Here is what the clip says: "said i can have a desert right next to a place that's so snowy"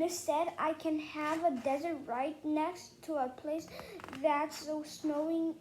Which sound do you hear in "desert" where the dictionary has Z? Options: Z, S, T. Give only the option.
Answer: Z